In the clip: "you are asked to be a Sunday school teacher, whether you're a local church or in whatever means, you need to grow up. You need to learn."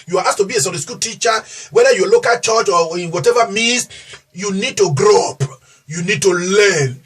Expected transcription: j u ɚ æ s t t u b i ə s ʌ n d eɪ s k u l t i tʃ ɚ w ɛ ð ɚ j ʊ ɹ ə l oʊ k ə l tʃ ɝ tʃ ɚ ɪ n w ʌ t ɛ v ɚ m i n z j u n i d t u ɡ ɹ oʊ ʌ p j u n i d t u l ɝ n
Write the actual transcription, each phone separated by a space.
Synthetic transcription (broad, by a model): j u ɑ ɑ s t t u b i ə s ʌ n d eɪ s k u l t i tʃ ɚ w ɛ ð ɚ j ə l oʊ k ə l tʃ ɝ tʃ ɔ ɪ n w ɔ t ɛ v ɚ m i n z j u n i d t u ɡ ɹ oʊ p j u n i d t u l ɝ n